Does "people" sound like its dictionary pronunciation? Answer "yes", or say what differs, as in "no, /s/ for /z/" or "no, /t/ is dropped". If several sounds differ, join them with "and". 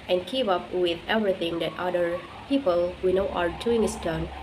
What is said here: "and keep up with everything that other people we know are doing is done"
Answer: yes